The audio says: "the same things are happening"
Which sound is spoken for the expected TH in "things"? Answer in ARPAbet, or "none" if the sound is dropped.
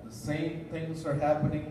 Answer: TH